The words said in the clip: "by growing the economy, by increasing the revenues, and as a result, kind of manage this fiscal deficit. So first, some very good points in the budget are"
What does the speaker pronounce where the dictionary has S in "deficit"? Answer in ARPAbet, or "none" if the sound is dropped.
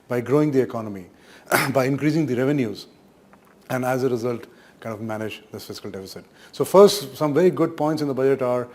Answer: S